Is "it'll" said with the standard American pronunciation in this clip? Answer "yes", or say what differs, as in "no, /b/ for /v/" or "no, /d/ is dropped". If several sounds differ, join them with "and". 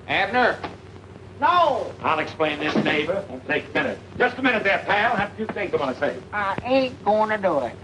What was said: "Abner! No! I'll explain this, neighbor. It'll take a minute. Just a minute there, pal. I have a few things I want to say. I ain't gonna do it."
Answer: no, /n/ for /l/